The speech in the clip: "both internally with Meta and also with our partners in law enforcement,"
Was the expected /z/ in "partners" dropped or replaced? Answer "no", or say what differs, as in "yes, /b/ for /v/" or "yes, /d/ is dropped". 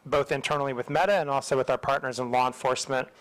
no